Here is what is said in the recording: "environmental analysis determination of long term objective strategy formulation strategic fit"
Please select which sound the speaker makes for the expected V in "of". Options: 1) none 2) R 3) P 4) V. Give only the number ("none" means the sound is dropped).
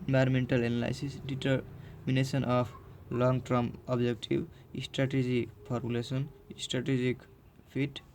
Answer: 3